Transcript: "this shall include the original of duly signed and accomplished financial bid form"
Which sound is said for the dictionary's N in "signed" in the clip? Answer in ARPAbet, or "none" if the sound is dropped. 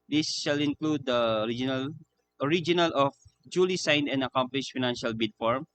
N